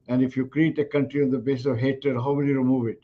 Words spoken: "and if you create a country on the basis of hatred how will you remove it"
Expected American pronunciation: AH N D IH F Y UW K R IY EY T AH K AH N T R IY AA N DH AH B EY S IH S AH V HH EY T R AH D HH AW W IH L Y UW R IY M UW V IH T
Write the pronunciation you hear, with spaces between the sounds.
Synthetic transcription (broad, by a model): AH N D IH F Y UW K R IY EY T AH K AH N T R IY AA N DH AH B EY S IH S AH V HH EY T AH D HH AW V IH L Y UW R IY M UW V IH T